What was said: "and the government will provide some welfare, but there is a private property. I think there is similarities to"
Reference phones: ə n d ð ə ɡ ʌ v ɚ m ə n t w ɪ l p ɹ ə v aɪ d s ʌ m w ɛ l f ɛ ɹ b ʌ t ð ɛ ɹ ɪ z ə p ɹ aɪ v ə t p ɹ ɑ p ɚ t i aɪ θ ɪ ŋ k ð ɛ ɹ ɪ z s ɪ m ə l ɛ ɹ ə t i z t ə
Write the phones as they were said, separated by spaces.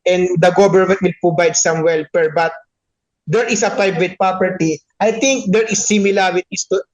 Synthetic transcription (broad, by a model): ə n d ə ɡ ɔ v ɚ m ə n t w ɪ l p ɹ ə b aɪ d s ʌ m w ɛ l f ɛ ɹ b ʌ t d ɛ ɹ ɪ s ə p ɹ aɪ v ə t p ɹ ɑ p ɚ t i aɪ t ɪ ŋ k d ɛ ɹ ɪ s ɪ m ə l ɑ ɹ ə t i s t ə